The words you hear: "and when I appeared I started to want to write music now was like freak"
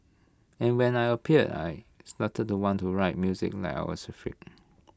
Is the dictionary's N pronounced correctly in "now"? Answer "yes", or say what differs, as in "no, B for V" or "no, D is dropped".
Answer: no, L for N